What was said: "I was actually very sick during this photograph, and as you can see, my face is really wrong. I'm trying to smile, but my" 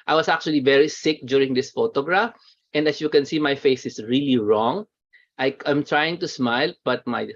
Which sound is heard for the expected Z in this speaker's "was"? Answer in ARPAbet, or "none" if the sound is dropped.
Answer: S